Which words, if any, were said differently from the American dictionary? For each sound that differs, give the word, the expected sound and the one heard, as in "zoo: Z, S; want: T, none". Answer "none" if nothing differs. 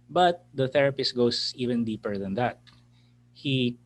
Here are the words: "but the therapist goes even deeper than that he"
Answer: goes: Z, S